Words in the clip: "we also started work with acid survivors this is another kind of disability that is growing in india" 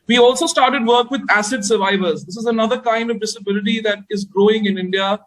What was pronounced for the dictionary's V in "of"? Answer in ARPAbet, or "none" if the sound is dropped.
V